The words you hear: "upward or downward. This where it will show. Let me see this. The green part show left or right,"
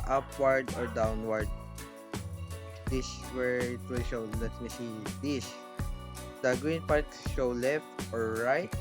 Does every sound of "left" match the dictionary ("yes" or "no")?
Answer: yes